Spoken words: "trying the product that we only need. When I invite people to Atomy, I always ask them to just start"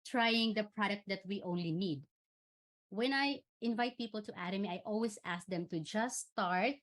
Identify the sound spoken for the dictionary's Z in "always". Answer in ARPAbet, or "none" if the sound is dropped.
S